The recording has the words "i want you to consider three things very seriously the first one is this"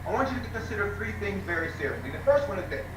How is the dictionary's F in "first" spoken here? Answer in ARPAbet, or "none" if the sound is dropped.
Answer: F